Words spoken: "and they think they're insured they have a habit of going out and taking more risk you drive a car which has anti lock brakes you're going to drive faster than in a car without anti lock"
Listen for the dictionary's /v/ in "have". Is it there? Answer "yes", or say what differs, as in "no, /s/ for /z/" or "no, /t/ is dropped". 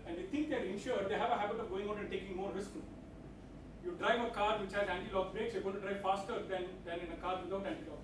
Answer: yes